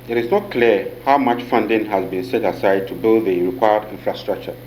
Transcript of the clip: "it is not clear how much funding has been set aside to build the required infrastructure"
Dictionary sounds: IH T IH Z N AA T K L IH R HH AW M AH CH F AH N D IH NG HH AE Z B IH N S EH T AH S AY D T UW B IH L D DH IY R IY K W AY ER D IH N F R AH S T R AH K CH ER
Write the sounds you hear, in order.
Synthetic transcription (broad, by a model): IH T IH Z N AA T K L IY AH HH AW M AH CH F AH N D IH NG HH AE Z B IH N S EH T AH S AY D T UW B IH L D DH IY R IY K W AY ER D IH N F R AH S T R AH K CH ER